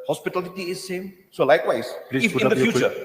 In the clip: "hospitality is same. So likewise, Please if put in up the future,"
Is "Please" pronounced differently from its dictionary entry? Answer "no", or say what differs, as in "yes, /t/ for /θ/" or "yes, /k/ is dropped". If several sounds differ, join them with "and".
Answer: yes, /z/ is dropped